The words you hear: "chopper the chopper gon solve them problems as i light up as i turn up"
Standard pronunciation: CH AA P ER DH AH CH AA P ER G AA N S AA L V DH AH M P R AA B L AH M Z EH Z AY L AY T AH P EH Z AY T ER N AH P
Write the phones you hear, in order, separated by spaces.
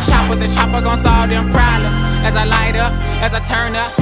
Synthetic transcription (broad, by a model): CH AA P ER DH AH CH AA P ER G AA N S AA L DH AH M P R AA L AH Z Z AY L AY T AH P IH Z AY T ER N AH P